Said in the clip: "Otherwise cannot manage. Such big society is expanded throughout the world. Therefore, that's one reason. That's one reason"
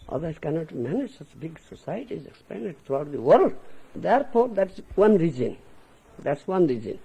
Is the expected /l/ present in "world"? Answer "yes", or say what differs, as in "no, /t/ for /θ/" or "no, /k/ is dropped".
yes